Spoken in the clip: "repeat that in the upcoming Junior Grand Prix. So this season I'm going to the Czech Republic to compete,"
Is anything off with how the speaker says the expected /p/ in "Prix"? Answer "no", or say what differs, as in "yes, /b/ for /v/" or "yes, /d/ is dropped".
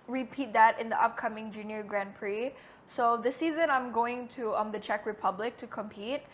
no